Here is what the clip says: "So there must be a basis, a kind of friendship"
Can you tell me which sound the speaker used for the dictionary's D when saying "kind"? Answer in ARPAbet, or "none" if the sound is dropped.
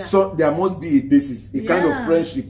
D